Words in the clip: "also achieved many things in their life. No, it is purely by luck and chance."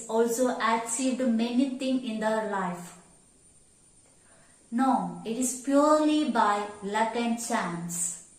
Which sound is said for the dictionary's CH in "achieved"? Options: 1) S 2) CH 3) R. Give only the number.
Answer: 1